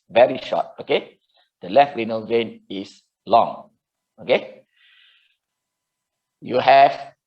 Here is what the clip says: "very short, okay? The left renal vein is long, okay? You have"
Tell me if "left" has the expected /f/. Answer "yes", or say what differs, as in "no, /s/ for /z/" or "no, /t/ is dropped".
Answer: yes